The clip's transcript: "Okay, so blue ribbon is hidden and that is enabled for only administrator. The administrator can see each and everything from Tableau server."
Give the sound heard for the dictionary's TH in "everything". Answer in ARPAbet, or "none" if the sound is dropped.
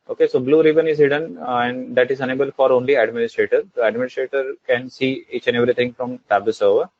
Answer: T